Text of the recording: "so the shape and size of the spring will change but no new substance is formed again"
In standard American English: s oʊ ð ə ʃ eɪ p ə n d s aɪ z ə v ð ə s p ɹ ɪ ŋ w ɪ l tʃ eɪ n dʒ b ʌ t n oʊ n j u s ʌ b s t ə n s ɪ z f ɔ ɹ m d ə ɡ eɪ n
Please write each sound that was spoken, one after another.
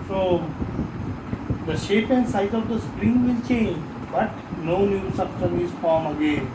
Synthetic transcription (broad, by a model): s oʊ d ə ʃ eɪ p ə n d s aɪ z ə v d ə s p ɹ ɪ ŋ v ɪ l tʃ eɪ n dʒ b ʌ t n oʊ n j u s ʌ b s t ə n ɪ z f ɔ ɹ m ə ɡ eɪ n